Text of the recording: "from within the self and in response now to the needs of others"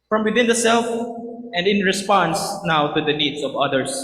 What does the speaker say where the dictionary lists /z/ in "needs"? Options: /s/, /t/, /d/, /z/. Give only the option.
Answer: /s/